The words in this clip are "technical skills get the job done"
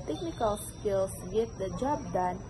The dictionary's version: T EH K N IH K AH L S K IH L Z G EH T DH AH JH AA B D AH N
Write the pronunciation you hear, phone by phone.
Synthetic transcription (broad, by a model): T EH K N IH K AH L S K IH L S G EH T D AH JH AA B D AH N